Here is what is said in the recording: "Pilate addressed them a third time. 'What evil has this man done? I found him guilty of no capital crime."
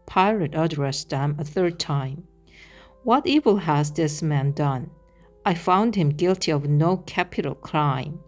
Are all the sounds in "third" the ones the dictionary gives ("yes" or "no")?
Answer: yes